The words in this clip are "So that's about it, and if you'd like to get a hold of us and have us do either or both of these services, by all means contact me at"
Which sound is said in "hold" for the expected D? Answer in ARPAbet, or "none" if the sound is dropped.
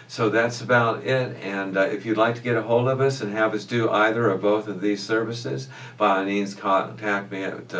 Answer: D